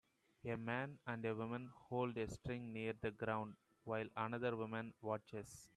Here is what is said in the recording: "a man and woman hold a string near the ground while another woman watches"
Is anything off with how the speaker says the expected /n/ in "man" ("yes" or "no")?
no